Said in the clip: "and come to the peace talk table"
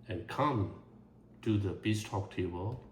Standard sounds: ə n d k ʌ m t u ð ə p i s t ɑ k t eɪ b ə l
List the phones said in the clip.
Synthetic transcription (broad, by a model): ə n k ʌ m t u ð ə b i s t ɑ k t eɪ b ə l